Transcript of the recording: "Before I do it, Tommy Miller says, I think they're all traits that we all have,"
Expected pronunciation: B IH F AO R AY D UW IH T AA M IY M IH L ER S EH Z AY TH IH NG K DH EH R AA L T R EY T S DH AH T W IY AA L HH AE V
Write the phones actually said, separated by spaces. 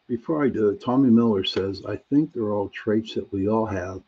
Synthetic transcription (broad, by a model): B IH F AO R AY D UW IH T AA M IY M IH L ER S EH Z AY TH IH NG K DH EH R AA L T R EY T S DH AH T W IY AA L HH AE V